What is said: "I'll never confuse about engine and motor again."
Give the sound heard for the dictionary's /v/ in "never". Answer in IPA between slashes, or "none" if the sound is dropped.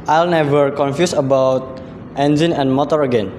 /v/